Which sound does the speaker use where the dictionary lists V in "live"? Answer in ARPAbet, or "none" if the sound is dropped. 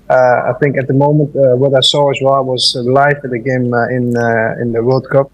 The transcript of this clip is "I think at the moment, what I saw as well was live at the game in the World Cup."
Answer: F